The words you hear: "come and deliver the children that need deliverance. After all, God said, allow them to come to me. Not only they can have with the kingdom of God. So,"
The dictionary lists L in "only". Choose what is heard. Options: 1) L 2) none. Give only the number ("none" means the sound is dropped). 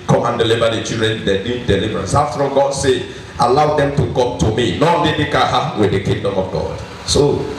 2